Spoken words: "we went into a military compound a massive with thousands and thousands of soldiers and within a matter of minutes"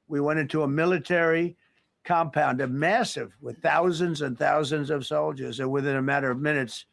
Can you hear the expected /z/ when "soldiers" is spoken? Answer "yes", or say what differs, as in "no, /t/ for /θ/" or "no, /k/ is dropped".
yes